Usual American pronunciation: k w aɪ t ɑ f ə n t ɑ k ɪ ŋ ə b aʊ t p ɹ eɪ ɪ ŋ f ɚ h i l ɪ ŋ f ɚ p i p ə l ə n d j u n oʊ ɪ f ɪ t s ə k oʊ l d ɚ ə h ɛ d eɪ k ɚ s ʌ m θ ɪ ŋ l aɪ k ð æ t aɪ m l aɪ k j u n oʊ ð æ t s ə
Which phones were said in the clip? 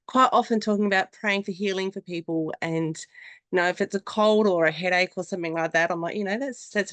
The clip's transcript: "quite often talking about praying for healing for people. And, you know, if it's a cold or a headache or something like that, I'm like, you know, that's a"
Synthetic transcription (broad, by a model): k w aɪ t ɑ f ə n t ɑ k ɪ ŋ ə b aʊ t p ɹ eɪ ɪ ŋ f ɚ h i l ɪ ŋ f ɚ p i p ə l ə n j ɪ n oʊ ɪ f ɪ t s ə k oʊ l d ɚ ə h ɛ d eɪ k ɚ s ʌ m θ ɪ ŋ l aɪ k ð æ t aɪ m l aɪ k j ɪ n oʊ ð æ t s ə